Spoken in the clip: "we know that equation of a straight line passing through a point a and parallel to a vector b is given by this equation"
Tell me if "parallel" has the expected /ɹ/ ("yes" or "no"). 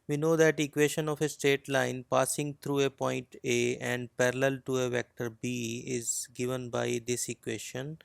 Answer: yes